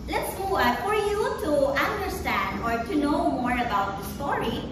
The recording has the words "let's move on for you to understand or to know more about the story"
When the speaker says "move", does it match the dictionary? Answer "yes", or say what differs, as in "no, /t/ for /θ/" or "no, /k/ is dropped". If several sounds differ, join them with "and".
no, /v/ is dropped